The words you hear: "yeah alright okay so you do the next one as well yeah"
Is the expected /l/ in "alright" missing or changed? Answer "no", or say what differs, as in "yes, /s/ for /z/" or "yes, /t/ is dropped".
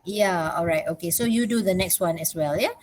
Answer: no